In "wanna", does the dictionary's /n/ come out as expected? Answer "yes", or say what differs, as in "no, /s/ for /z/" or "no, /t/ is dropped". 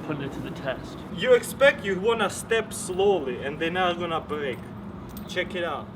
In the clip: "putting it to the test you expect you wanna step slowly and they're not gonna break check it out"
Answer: yes